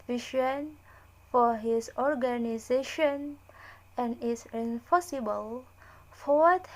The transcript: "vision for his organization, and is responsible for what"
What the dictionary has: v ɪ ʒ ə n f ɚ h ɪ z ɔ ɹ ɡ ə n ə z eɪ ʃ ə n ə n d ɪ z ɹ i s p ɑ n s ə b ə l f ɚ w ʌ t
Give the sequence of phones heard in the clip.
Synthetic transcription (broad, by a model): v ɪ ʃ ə n f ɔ h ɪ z ɔ ɹ ɡ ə n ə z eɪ ʃ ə n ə n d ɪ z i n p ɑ s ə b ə l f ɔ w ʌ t